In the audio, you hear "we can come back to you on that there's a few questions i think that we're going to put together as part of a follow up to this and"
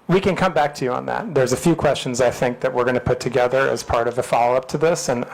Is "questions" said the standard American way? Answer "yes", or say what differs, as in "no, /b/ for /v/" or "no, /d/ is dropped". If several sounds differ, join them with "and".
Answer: yes